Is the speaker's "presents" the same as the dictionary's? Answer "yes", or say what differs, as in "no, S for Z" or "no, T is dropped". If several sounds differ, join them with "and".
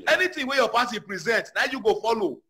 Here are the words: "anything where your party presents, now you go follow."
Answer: no, S is dropped